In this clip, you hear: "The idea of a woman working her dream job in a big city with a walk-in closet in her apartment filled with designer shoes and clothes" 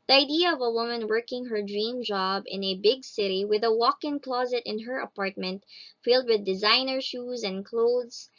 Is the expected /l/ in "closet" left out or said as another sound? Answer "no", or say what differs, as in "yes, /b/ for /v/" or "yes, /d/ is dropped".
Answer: no